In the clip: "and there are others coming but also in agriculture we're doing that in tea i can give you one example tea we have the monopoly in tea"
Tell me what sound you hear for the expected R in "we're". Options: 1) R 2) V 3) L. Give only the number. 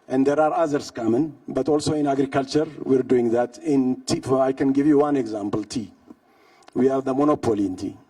1